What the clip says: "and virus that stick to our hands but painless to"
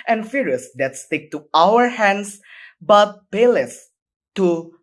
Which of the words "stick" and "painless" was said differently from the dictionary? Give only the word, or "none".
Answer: painless